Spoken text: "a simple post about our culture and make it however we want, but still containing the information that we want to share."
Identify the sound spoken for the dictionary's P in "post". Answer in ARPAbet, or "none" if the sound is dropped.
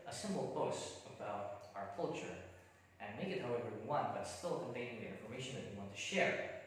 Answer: B